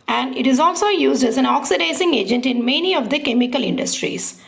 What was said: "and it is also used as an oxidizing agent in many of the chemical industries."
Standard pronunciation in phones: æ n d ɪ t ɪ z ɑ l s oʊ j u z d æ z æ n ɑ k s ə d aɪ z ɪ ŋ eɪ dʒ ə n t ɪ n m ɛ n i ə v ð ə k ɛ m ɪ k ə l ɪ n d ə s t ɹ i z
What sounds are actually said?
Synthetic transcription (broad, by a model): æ n d ɪ t ɪ z ɑ l s oʊ j u z d æ z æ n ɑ k s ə d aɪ s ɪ ŋ eɪ dʒ ə n t ɪ n m ɛ n i ə v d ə k ɛ m ɪ k ə l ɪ n d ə s t ɹ i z